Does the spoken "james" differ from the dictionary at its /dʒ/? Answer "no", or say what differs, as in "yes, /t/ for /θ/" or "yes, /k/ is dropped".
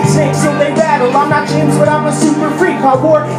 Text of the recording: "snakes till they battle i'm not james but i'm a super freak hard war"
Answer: yes, /tʃ/ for /dʒ/